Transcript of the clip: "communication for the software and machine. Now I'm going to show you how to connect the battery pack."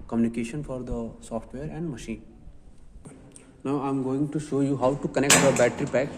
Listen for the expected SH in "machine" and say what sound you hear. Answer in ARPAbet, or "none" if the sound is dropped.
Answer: SH